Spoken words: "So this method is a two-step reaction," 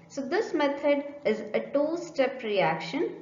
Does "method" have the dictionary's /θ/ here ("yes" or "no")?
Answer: no